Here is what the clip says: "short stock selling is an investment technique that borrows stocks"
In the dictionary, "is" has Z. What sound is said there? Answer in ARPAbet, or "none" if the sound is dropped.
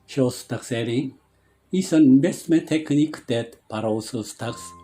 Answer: S